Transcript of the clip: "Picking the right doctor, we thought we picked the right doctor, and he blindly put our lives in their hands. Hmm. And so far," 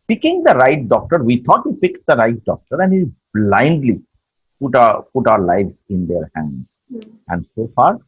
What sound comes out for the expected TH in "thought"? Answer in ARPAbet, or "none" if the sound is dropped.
T